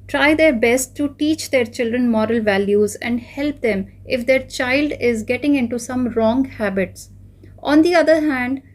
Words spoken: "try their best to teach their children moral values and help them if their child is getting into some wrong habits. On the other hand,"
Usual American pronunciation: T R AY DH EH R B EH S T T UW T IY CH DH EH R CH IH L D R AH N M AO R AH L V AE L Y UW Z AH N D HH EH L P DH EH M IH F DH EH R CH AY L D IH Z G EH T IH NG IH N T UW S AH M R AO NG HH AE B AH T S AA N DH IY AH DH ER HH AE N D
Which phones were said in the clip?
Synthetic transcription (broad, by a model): T R AY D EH R B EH S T T UW T IY CH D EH R CH IH L D R AH N M AO R AH L V AE L Y UW Z AH N D HH EH L P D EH M IH F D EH R CH AY L D IH Z G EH T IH NG IH N T UW S AH M R AO NG HH AE B AH T S AA N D IY AH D ER HH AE N D